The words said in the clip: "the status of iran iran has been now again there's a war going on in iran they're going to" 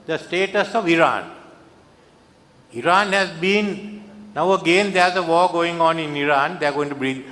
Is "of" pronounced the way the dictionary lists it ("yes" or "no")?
yes